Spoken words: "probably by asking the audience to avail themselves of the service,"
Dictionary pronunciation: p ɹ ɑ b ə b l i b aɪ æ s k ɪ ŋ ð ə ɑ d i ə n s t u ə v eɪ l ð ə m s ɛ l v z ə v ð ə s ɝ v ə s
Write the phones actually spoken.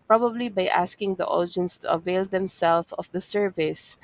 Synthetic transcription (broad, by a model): p ɹ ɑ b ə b l i b aɪ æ s k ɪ ŋ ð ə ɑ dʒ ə n s t u ə v eɪ l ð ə m s ɛ l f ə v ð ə s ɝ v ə s